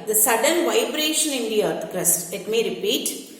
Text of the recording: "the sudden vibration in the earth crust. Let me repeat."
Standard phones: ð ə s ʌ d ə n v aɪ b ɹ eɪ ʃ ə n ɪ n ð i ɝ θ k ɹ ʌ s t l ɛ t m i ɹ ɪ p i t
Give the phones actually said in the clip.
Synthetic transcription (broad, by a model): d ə s ʌ d ə n v aɪ b ɹ eɪ ʃ ə n ɪ n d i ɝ t k ɹ ʌ s t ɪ t m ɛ ɹ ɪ p i t